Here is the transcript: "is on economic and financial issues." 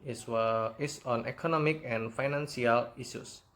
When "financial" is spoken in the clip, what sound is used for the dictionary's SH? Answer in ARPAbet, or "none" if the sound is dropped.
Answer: S